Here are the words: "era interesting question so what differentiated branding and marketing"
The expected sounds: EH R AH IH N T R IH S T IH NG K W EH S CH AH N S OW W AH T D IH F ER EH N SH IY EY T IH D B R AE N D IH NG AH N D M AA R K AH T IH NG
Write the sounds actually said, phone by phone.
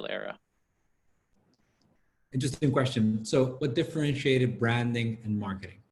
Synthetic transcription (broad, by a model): EH R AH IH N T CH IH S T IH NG K W EH S CH AH N S OW W AH T D IH F ER EH N SH IY EY T IH D B R AE N D IH NG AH N M AA R K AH T IH NG